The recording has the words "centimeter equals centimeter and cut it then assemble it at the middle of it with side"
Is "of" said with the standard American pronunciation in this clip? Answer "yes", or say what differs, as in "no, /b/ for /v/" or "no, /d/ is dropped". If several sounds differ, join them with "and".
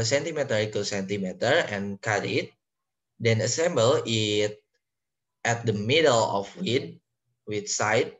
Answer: no, /w/ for /v/